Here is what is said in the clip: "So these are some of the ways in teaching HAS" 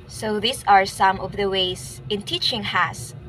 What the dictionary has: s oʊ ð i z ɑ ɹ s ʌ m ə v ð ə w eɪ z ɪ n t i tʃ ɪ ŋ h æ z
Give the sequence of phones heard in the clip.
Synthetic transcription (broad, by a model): s oʊ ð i s ɑ ɹ s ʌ m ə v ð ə w eɪ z ɪ n t i tʃ ɪ ŋ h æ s